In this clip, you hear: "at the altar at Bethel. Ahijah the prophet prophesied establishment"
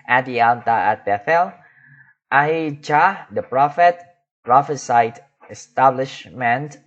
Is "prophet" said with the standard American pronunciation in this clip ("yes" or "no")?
yes